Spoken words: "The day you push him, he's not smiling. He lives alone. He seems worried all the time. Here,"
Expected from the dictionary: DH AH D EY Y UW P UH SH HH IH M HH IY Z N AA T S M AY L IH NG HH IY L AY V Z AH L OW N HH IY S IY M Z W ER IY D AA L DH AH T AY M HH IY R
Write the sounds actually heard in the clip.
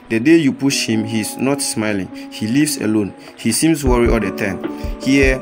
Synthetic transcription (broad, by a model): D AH D EY Y UW P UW SH HH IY M HH IY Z N AA T S M AY L IH NG HH IY L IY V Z AH L OW N HH IY S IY M S W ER IY AA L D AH T AY M HH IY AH